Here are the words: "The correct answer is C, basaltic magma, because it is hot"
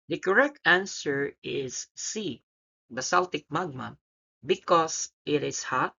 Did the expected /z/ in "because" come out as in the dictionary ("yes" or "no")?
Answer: no